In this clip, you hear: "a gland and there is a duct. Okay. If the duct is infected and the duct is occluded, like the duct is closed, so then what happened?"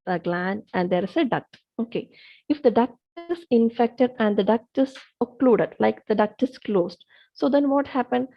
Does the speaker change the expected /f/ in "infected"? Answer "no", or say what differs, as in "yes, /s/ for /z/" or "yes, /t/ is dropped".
no